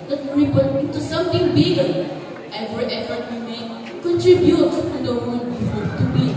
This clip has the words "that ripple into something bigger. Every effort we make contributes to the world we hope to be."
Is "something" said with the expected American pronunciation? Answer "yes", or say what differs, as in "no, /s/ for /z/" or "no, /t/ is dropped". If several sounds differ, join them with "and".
no, /t/ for /θ/